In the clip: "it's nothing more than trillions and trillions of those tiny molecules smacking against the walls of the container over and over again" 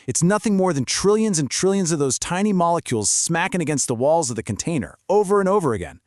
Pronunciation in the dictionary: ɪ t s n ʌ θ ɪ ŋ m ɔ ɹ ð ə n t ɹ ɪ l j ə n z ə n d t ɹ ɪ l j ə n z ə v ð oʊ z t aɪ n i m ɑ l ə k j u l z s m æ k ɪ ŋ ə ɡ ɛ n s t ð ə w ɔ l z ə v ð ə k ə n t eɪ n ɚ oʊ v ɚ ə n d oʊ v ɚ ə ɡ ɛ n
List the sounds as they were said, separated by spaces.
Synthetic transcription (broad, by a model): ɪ t s n ʌ θ ɪ ŋ m ɔ ɹ ð ə n t ɹ ɪ l j ə n z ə n t ɹ ɪ l j ə n z ə v ð oʊ z t aɪ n i m ɑ l ə k j u l z s m æ k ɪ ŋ ə ɡ ɛ n s t ð ə w ɔ l z ə v ð ə k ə n t eɪ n ɚ oʊ v ɚ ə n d oʊ v ɚ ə ɡ ɛ n